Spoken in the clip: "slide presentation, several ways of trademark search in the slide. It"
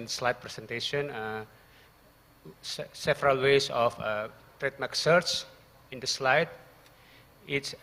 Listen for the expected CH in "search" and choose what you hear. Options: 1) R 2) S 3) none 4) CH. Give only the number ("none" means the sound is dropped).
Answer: 2